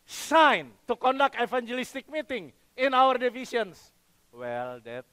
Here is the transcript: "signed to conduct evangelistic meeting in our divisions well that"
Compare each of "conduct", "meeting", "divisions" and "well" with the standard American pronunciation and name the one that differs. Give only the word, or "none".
divisions